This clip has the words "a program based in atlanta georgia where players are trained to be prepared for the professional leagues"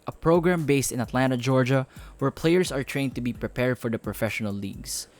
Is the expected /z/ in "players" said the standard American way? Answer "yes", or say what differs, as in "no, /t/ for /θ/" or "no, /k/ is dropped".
no, /s/ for /z/